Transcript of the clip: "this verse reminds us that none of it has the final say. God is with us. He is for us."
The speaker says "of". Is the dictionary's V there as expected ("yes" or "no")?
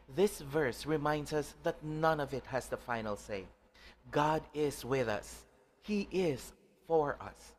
yes